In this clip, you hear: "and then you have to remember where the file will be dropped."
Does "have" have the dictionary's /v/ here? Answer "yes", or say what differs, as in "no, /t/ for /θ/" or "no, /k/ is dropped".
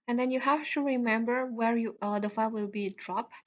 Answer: no, /f/ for /v/